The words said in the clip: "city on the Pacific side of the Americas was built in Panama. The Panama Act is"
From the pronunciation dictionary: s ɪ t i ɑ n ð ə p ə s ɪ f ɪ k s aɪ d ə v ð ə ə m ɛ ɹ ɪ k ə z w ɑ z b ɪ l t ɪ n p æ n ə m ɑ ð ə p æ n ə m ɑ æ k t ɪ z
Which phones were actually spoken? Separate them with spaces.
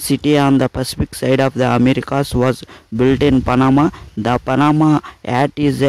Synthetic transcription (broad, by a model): s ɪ t i ɑ n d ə p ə s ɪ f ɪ k s aɪ d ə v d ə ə m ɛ ɹ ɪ k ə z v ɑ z b ɪ l t ɪ n p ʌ n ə m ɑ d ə p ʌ n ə m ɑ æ t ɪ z